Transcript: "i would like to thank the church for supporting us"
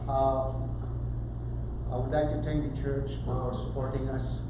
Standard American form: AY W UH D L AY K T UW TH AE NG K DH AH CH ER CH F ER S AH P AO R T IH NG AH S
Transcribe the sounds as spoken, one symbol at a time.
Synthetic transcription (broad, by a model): AY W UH D L AY K T UW T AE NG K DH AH CH ER CH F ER S AH P AO R T IH NG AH S